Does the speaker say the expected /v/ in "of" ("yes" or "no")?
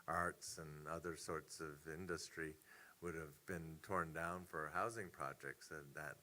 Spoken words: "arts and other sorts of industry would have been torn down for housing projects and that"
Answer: yes